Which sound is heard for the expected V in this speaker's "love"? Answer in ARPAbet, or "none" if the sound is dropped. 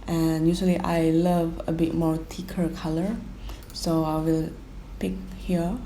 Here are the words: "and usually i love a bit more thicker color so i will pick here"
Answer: V